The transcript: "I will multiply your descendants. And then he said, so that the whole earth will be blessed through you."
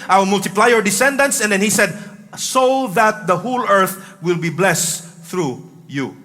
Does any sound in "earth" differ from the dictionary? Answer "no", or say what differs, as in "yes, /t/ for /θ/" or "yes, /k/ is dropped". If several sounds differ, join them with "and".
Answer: no